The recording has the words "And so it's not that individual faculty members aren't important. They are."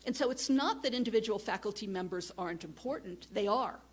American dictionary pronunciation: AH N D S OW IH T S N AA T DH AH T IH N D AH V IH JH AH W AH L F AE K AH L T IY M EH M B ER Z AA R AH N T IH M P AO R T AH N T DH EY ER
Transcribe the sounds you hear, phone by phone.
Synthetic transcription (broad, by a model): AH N S OW IH T S N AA T DH AH T IH N D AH V IH JH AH W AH L F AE K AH L T IY M EH M B ER Z AA R AH N T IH M P AO R T N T DH EY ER